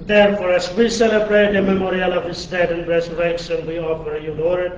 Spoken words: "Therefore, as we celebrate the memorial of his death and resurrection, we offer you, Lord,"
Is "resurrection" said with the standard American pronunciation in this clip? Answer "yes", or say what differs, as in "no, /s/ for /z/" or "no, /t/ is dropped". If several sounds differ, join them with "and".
no, /s/ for /ʃ/